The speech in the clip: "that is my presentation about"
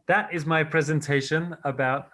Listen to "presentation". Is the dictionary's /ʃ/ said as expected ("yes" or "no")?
yes